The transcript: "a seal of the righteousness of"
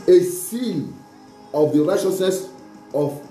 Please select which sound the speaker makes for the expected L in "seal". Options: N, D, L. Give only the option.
N